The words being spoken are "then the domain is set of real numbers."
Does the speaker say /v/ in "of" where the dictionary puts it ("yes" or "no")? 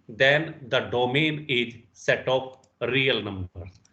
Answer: no